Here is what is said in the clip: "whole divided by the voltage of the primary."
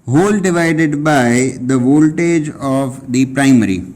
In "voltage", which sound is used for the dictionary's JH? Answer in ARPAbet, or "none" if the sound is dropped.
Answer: JH